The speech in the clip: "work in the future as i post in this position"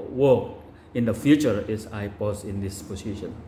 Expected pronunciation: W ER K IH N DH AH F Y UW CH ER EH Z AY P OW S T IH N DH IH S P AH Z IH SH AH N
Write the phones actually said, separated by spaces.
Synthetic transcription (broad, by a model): W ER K IH N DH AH F Y UW CH ER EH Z AY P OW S IH N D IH S P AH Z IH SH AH N